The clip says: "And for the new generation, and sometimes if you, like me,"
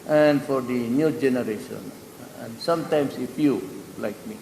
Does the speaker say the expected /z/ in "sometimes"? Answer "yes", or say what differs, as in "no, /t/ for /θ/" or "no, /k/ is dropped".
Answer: no, /s/ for /z/